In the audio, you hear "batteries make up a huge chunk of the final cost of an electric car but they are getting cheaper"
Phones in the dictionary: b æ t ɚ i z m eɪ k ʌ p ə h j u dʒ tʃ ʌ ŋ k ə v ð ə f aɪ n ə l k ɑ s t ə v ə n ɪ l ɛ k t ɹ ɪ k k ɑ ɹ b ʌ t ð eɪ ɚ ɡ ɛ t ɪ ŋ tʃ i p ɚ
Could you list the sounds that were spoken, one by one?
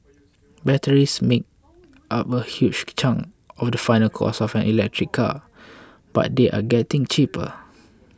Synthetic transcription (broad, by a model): b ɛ t ɚ i s m eɪ k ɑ p ə h j u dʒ tʃ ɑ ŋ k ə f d ə f aɪ n ə l k ɑ s ə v ə n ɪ l ɛ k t ɹ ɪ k k ɑ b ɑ t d eɪ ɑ ɡ ɛ t ɪ ŋ tʃ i p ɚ